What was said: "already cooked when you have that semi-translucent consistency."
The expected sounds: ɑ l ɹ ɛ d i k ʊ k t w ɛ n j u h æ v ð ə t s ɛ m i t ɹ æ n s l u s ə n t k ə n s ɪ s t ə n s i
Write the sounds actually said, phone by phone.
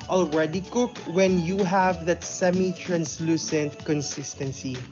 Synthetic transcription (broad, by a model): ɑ l ɹ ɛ d i k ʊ k w ɛ n j u h æ v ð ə t s ɛ m i t ɹ æ n s l u s ə n t k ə n s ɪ s t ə n s i